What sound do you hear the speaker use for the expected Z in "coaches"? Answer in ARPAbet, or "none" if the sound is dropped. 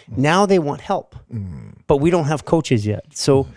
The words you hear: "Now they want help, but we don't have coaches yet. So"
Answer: Z